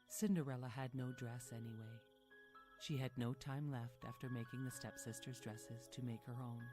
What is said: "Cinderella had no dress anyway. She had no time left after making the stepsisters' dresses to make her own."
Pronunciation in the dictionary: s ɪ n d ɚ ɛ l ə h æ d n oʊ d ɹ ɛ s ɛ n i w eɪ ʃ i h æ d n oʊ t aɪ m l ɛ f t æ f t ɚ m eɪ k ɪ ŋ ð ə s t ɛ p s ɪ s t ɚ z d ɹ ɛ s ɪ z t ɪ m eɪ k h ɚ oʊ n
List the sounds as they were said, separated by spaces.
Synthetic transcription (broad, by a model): s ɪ n d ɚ ɛ l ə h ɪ d n oʊ d ɹ ɛ s ɛ n i w eɪ ʃ i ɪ d n oʊ t aɪ m l ɛ f t æ f t ɚ m eɪ k ɪ ŋ ð ə s t ɛ p s ɪ s t ɚ z d ɹ ɛ s ɪ z t ɪ m eɪ k h ɚ oʊ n